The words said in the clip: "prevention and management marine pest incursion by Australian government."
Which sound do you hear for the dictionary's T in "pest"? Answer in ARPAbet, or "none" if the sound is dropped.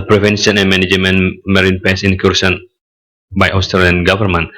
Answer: none